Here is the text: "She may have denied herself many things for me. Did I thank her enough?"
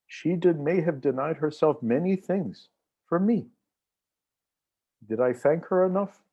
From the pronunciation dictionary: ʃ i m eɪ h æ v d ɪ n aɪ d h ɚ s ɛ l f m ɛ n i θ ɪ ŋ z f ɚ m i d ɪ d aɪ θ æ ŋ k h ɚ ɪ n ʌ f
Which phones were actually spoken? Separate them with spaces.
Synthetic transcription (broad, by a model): ʃ i m eɪ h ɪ v d ɪ n aɪ d h ɚ s ɛ l f m ɛ n i θ ɪ ŋ z f ɚ m i d ɪ d aɪ θ æ ŋ k h ɚ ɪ n ʌ f